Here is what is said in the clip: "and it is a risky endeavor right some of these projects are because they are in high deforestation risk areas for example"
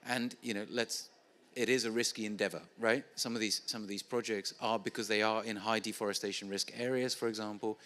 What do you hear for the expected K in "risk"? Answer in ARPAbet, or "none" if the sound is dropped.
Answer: K